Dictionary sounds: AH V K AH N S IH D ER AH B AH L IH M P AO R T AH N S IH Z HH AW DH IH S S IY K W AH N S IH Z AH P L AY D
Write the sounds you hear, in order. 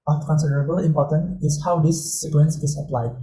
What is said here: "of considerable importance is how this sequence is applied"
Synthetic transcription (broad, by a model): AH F K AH N S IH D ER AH B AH L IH M P AO T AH N IH S HH AW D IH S S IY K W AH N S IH S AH P L AY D